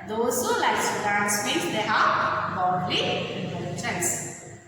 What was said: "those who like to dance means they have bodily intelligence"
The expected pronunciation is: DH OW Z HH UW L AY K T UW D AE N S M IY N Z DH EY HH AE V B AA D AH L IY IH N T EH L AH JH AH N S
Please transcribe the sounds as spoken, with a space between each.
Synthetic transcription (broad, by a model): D OW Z HH UW L AY K S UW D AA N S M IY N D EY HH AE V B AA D L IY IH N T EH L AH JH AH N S